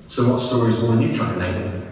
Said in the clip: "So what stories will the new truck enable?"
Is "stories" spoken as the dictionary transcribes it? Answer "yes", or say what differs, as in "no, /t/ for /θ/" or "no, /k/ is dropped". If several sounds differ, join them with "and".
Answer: yes